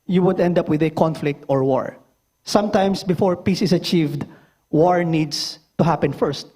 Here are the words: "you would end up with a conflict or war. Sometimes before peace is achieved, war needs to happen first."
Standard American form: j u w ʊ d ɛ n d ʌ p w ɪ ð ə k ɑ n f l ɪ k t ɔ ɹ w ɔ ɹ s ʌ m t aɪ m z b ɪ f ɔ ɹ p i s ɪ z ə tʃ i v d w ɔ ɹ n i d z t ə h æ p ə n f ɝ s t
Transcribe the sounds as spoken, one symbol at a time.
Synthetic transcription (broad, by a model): j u w ʊ d ɛ n d ʌ p w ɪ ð ə k ɑ n f l ɪ k t ɔ ɹ w ɔ ɹ s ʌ m t aɪ m s b ɪ f ɔ ɹ p i s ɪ s ə tʃ i v d w ɔ ɹ n i d s t ə h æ p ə n f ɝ s t